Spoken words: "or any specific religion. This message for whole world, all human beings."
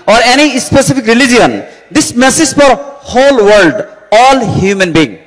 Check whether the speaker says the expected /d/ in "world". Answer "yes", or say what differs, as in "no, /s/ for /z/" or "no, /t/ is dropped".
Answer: yes